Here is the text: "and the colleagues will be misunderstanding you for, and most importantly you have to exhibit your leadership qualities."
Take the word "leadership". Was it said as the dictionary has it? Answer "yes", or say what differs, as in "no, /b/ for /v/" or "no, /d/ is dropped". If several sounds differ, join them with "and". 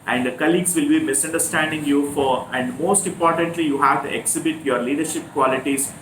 yes